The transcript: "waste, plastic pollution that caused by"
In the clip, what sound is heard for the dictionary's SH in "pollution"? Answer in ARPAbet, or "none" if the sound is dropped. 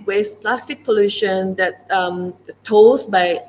SH